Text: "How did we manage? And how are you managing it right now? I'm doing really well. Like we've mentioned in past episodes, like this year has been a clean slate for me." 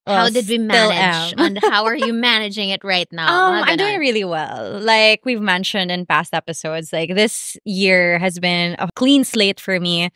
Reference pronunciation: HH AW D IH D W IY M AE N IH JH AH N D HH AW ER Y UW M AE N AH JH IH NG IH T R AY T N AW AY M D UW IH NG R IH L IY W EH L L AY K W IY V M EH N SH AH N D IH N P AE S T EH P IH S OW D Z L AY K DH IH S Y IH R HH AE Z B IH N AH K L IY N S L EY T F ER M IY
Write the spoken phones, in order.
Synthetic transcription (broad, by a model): HH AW D IH D W IY M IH L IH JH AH N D HH AW ER Y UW M AE N AH JH IH NG IH T R AY T N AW AY M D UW IH NG R IH L IY W EH L L AY K W IY V M EH N SH AH N D IH N P AE S T EH P IH S OW D Z L AY K DH IH S Y IH R HH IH Z B IH N AH K L IY N S L EY T F ER M IY